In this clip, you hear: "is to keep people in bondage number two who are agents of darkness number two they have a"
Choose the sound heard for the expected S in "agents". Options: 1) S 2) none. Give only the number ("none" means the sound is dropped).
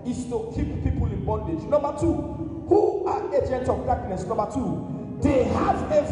2